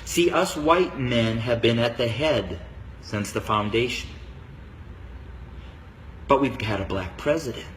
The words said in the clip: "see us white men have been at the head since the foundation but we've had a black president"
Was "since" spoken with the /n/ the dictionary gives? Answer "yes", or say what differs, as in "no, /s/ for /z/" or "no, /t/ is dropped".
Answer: yes